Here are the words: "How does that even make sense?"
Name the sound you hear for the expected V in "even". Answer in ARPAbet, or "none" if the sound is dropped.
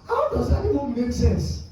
W